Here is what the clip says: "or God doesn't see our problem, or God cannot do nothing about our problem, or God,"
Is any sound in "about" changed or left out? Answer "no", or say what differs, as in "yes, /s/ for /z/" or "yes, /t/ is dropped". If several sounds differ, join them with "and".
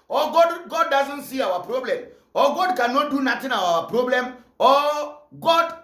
yes, /b/ is dropped and /t/ is dropped